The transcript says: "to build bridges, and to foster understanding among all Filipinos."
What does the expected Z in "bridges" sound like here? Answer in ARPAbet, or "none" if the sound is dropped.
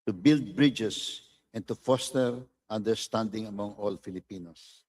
S